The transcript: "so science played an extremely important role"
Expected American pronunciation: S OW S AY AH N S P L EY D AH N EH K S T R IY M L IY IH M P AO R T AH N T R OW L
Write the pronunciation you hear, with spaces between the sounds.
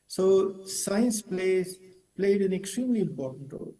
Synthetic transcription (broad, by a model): S OW S AY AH N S P L EY D AH N EH K S T R IY M L IY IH M P AO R T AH N T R OW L